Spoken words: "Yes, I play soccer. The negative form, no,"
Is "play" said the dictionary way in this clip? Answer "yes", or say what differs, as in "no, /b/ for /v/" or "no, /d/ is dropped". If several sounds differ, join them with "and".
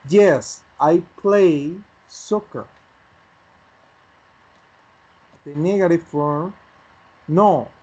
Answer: yes